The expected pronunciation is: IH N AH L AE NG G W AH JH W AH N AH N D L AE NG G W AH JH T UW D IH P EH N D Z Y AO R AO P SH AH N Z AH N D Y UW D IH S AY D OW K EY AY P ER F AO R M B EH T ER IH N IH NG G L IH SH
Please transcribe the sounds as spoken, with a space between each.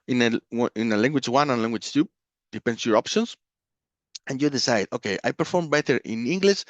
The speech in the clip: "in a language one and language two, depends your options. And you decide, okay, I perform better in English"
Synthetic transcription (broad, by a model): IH N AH L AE NG G W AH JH W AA N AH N L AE NG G W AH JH T UW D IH P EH N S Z Y AO R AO P SH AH N S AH N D Y UW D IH S AY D OW K EY AY P ER F AO R M B EH T ER IH N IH NG G L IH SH